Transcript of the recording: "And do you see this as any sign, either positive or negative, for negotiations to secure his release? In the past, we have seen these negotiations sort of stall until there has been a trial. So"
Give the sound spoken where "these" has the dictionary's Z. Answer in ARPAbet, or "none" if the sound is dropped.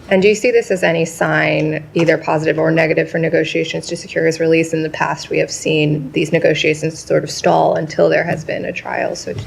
Z